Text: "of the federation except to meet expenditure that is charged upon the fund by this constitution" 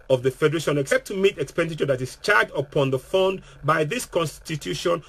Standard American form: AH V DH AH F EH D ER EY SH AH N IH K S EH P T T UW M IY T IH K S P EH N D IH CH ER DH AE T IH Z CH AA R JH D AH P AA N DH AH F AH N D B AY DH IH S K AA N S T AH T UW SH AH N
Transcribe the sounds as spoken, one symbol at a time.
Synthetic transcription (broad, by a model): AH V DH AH F EH D ER EY SH AH N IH K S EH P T T UW M IY T IH K S P EH N D IH CH ER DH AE T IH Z CH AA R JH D AH P AA N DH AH F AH N D B AY DH IH S K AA N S T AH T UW SH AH N